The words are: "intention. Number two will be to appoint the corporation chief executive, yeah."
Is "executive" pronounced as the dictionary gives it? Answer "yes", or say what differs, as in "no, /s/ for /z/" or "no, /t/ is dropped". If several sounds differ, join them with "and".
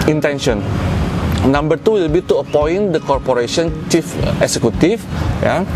no, /f/ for /v/